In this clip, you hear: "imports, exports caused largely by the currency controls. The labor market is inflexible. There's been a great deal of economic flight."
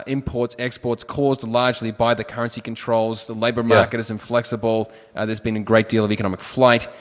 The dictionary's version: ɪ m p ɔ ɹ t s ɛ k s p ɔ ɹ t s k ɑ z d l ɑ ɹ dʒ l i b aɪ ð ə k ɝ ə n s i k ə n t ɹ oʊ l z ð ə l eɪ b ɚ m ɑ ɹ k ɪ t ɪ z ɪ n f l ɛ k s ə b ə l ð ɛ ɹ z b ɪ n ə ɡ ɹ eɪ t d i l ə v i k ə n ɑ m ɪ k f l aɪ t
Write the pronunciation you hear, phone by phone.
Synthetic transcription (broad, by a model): ɪ m p ɔ ɹ t s ɛ k s p ɔ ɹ t s k ɑ z d l ɑ ɹ dʒ l i b aɪ ð ə k ɝ ə n s i k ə n t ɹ oʊ l z ð ə l eɪ b ɚ m ɑ ɹ k ɪ t ɪ z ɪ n f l ɛ k s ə b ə l ð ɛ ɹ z b ɪ n ə ɡ ɹ eɪ t d i l ə v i k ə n ɑ m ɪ k f l aɪ t